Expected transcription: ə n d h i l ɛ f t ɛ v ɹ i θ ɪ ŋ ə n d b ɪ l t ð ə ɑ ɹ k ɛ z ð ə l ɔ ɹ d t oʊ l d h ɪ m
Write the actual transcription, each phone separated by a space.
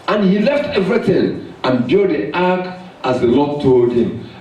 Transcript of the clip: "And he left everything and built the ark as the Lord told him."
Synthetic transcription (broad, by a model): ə n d h i l ɛ f t ɛ v ɹ i θ ɪ ŋ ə n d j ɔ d t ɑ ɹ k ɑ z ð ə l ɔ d t oʊ l d h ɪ m